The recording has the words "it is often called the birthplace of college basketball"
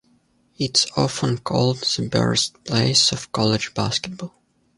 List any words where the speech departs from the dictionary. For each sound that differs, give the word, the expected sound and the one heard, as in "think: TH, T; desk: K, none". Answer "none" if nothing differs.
birthplace: TH, T